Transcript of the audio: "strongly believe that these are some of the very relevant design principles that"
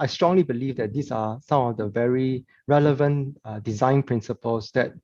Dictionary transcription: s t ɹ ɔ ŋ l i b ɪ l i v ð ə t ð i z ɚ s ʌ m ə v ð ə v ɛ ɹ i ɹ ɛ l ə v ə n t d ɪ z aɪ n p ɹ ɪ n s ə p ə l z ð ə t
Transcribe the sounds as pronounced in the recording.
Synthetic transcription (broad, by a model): s t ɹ ɔ ŋ l i b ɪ l i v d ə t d i s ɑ s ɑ m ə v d ə v ɛ ɹ i ɹ ɛ l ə v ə n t d ɪ z aɪ n p ɹ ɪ n s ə p ə l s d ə t